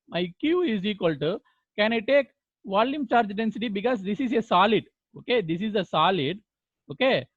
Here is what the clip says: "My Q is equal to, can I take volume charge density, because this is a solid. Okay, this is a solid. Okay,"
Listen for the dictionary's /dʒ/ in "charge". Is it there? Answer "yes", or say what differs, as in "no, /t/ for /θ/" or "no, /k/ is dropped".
yes